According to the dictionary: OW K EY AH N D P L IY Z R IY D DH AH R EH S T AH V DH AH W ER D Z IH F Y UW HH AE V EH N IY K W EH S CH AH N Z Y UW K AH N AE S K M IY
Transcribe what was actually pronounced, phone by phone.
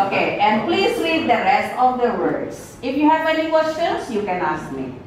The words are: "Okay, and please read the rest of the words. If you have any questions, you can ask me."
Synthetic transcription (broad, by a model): OW K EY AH N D P L IY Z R IY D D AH R EH S T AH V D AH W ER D S IH F Y UW HH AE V EH N IY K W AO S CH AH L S Y UW K AH N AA S K M IY